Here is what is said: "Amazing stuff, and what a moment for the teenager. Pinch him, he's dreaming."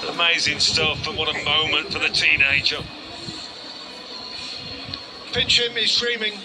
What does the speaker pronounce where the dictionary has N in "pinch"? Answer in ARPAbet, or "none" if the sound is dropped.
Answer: none